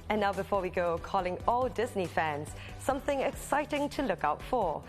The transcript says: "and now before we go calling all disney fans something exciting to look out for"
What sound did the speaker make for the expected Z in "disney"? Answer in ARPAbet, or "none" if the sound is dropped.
Z